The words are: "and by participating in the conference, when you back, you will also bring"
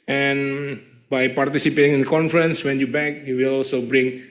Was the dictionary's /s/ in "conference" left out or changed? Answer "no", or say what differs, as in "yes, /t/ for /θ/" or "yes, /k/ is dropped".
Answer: no